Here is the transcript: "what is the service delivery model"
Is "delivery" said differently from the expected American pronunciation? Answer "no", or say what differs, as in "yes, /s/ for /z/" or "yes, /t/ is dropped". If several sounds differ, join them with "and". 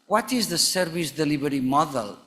yes, /b/ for /v/